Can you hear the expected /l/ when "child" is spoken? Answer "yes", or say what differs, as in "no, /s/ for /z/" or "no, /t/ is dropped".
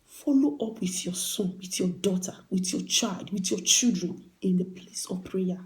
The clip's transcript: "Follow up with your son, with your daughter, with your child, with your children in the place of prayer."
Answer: yes